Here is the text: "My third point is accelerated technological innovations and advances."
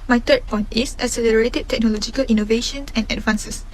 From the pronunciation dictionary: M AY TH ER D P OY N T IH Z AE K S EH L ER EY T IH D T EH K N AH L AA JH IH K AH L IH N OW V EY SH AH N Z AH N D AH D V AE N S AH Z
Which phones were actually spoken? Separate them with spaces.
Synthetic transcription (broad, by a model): M AY T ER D P OY N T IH S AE S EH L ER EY T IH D T EH K N AH L AA JH IH K AH L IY N OW V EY SH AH N S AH N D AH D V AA N S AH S